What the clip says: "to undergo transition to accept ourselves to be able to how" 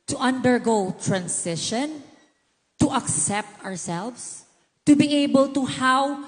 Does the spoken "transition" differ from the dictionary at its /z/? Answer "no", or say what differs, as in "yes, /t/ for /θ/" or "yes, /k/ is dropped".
yes, /s/ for /z/